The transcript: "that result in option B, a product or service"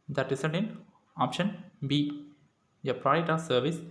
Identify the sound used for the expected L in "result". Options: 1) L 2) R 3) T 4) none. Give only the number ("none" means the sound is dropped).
4